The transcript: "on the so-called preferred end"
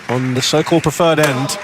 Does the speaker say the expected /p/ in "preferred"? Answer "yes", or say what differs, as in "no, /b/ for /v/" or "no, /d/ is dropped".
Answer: yes